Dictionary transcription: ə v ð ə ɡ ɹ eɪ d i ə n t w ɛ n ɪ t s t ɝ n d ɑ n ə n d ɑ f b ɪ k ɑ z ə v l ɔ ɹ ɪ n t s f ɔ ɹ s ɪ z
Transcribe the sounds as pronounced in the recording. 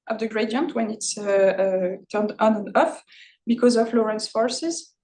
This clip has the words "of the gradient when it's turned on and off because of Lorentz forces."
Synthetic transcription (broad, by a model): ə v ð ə ɡ ɹ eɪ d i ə n t w ɛ n ɪ t s t ɝ n d ɑ n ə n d ɑ f b ɪ k ɑ z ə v l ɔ ɹ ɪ n s f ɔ ɹ s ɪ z